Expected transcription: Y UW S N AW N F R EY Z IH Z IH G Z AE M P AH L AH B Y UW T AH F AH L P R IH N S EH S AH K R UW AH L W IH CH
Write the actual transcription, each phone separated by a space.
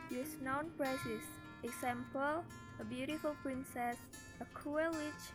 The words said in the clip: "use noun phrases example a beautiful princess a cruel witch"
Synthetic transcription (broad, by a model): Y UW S N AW N P R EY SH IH S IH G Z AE M P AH L AH B Y UW T AH F AH L P R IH N S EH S AH K UW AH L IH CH